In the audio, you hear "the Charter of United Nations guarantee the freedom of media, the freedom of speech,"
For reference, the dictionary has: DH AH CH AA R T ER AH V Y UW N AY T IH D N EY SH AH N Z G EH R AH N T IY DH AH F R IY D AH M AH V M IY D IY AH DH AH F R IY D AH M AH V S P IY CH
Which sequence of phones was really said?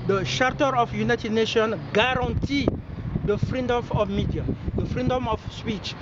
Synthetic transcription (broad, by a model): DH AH SH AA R T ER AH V Y UW N AY T IH D N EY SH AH N G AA R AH N T IY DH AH F R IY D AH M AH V M IY D IY AH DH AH F R IY D AH M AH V S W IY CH